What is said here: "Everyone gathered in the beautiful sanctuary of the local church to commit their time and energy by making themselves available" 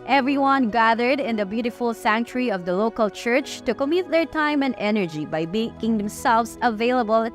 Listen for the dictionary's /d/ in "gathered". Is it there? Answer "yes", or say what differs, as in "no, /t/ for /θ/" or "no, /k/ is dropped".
yes